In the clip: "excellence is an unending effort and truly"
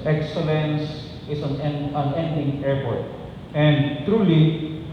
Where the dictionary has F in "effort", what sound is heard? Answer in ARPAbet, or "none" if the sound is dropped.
P